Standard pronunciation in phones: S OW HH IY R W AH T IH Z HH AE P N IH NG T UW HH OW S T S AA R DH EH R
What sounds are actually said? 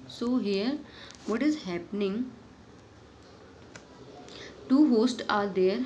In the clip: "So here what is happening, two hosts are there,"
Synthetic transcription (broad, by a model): S OW HH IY R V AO T IH Z HH AE P N IH NG T UW HH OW S T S AA R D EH R